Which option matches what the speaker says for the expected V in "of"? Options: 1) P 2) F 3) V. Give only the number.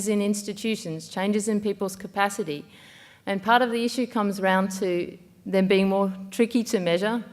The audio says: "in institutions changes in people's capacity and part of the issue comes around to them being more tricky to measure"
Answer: 3